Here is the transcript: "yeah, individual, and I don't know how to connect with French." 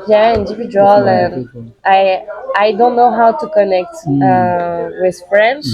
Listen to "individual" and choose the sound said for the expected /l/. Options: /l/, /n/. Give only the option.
/n/